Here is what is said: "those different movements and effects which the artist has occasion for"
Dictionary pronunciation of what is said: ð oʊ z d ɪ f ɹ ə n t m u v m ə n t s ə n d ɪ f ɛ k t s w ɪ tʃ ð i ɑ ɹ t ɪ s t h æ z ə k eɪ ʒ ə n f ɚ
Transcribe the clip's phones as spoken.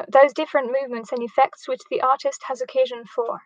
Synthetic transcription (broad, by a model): ð oʊ z d ɪ f ɹ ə n m u v m ə n t s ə n ɪ f ɛ k t s w ɪ tʃ ð i ɑ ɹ t ɪ s t h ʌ z ə k eɪ ʒ ə n f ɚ